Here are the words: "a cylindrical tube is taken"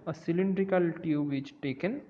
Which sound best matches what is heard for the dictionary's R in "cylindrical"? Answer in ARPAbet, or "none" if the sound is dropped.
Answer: R